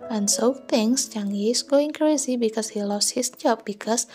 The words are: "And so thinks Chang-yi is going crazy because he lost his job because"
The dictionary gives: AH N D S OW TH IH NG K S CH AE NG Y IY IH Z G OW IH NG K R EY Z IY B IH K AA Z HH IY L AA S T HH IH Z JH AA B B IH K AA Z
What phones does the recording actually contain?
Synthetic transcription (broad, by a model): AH N S OW T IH NG S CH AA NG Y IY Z G OW IH NG K R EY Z IY B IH K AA S HH IY L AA S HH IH S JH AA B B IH K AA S